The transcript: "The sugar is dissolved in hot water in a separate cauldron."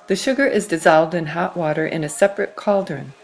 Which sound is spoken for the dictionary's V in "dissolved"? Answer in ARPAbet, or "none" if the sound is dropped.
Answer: V